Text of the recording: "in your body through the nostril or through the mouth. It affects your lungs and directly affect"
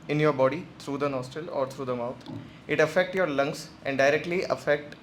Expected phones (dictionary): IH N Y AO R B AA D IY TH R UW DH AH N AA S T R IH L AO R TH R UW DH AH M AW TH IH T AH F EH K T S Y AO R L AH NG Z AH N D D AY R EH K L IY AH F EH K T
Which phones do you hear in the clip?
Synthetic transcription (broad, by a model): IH N Y AO R B AA D IY T R UW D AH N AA S T IH L AO R T R UW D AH M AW T IH T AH F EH K T Y AO R L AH NG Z AH N D D AY R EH K L IY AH F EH K T